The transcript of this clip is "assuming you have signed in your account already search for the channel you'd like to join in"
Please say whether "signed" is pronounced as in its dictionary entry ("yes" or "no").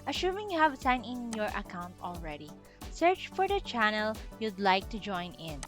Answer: no